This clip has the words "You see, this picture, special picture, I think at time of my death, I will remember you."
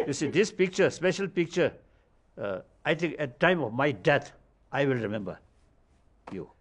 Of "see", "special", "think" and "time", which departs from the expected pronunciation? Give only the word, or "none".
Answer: think